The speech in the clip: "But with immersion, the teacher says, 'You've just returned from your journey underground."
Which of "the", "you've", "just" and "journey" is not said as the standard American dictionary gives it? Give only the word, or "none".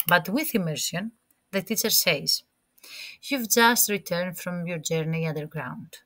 none